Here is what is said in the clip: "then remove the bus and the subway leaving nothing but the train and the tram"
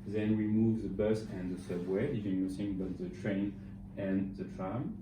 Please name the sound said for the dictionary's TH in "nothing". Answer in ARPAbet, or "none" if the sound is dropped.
S